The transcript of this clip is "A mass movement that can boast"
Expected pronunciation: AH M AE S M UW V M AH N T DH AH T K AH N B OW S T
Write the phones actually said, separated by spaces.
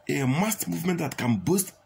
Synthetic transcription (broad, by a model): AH M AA S M UW V M AH N T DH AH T K AH N B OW S T